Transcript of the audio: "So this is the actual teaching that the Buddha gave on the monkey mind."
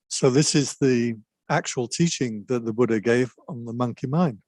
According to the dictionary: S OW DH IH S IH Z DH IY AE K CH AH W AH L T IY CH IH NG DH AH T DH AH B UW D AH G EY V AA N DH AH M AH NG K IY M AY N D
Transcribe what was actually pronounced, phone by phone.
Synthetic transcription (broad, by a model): S OW DH IH S IH Z DH IY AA K CH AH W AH L T IY CH IH NG DH AH T DH AH B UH D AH G EY V N DH AH M AH NG K IY M AY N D